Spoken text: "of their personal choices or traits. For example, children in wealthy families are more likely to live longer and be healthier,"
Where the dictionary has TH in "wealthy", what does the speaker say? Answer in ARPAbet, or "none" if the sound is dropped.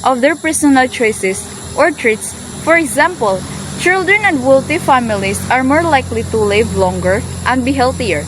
T